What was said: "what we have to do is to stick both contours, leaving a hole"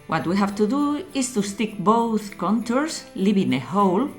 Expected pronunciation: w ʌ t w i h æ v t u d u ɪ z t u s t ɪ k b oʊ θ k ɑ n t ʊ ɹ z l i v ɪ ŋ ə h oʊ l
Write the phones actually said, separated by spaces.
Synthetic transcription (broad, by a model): w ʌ t w i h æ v t u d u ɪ s t u s t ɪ k b oʊ θ k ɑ n t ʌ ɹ s l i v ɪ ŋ ə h oʊ l